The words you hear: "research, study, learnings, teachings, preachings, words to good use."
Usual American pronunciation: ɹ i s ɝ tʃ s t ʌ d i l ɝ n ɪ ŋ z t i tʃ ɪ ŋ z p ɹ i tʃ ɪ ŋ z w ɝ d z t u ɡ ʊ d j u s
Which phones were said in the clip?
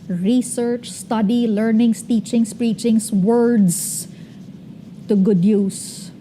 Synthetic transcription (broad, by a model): ɹ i s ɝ tʃ s t ʌ d i l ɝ n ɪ ŋ s t i tʃ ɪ ŋ s p ɹ i tʃ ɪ ŋ s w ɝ d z t u ɡ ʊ d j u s